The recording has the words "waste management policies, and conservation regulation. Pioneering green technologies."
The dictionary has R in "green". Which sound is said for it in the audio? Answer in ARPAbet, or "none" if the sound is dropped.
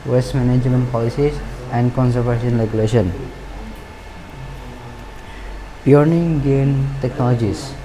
none